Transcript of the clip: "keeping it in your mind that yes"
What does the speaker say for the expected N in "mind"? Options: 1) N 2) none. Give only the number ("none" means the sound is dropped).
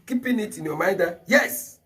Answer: 2